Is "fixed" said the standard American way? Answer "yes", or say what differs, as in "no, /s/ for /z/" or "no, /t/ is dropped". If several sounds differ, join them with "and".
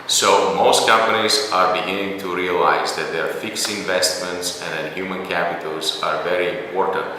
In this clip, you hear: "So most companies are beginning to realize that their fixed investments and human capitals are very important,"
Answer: no, /t/ is dropped